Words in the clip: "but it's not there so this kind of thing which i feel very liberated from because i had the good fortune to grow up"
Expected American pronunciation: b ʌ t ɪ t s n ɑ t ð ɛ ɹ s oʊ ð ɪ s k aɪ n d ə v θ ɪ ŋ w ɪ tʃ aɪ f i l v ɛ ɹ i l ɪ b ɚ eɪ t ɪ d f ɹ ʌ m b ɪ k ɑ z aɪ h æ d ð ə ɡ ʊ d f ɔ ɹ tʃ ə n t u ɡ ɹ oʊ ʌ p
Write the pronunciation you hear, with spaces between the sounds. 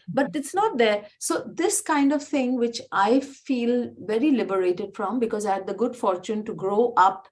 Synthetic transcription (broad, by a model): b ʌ t ɪ t s n ɑ t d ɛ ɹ s oʊ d ɪ s k aɪ n d ə v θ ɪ ŋ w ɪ tʃ aɪ f i l v ɛ ɹ i l ɪ b ɚ eɪ t ɪ d f ɹ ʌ m b ɪ k ɑ z aɪ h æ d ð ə ɡ ʊ d f ɔ ɹ tʃ ə n t u ɡ ɹ oʊ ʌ p